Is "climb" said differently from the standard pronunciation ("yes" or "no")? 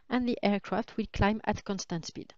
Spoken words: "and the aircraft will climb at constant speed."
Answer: no